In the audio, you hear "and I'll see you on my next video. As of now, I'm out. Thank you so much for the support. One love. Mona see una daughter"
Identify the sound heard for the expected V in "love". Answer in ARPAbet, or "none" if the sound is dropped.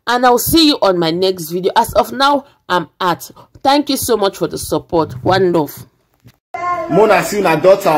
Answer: F